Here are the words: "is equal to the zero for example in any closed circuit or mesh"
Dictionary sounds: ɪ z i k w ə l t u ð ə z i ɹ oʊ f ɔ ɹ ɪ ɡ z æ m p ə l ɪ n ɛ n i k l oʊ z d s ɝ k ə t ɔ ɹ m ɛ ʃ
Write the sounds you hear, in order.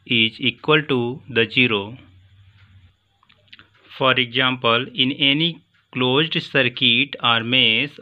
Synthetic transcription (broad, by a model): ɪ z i k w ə l t u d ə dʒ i ɹ oʊ f ɔ ɹ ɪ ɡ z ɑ m p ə l ɪ n ɛ n i k l oʊ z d s ɝ k ə t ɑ ɹ m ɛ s